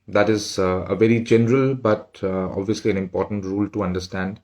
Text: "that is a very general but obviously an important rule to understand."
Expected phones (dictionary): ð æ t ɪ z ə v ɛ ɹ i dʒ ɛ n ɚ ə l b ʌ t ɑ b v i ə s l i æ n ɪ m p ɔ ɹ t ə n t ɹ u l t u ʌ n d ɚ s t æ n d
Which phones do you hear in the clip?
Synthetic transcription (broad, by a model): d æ t ɪ z ə v ɛ ɹ i dʒ ɛ n ɚ ə l b ʌ t ɑ b v i ə s l i æ n ɪ m p ɔ ɹ t ə n t ɹ u l t u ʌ n d ɚ s t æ n d